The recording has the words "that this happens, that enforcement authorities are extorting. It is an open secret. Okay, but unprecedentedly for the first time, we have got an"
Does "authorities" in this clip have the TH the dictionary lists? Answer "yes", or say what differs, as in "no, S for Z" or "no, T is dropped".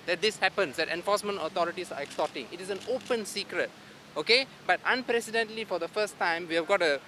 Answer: no, T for TH